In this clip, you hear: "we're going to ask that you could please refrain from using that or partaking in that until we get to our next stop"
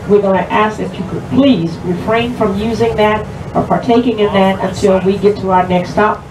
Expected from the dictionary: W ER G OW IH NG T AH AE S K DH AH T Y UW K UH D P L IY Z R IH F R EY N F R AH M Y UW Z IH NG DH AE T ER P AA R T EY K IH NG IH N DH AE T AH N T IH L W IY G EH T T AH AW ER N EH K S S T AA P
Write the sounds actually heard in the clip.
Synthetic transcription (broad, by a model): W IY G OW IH T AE S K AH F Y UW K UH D P L IY Z R IH F R EY N F R AH M Y UW Z IH NG DH AE T ER P AA R T EY K IH NG IH N DH AE T AH N T IH L W IY G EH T T AH AW ER N EH K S S T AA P